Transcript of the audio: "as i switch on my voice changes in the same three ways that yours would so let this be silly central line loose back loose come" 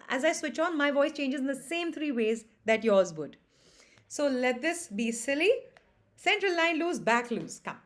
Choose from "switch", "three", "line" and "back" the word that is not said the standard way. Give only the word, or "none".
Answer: three